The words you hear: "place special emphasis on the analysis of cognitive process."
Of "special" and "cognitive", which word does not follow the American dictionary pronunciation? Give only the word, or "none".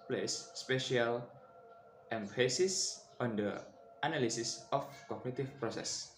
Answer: cognitive